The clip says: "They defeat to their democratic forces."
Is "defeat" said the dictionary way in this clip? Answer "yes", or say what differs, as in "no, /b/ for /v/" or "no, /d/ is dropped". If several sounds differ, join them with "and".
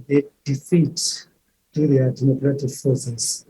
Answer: yes